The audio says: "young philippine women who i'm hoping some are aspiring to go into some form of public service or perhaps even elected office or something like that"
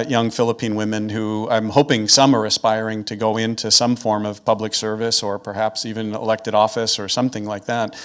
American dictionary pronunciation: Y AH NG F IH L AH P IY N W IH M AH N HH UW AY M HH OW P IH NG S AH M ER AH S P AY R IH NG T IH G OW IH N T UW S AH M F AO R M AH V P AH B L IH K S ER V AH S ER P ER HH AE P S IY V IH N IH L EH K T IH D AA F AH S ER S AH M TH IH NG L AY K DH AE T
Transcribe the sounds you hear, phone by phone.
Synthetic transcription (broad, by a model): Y AH NG F IH L AH P IY N W IH M AH N HH UW AY M HH OW P IH NG S AH M ER AH S P AY R IH NG T IH G OW IH N T UW S AH M F AO R M AH V P AH B L IH K S ER V AH S ER P ER HH AE P S IY V IH N IH L EH K T IH D AA F AH S ER S AH M TH IH NG L AY K DH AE T